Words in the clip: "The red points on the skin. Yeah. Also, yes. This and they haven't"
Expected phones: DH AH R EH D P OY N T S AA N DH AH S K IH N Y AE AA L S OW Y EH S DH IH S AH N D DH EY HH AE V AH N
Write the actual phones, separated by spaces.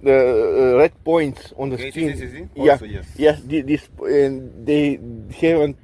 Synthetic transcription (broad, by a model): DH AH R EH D P OY N T S AA N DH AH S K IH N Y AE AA Y EH S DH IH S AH N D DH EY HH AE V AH N